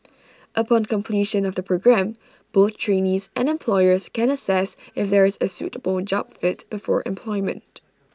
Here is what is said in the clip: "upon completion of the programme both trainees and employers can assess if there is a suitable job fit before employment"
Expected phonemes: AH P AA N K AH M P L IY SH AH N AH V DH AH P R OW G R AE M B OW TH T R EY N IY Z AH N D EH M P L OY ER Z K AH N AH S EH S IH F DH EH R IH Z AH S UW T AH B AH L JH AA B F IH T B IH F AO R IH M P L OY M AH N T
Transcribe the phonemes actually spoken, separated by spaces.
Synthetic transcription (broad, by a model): AH P AA N K AH M P L IY SH AH N AH V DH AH P R OW G R AE M B OW TH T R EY N IY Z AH N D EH M P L OY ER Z K AH N AH S EH S IH F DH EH R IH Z AH S UW T AH B AH L JH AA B F IH T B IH F AO R IH M P L OY M AH N T